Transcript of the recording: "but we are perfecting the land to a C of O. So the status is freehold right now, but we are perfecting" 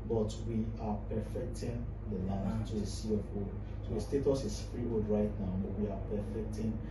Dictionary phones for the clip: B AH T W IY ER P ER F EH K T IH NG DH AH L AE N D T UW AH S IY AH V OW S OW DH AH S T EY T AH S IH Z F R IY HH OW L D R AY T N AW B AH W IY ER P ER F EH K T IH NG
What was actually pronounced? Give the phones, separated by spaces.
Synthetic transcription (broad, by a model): B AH T W IY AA P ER F EH K T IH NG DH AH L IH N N T UW AH S IY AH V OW S OW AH S T EY T AH S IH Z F R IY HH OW D R AY T N AW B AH W IY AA P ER F EH K T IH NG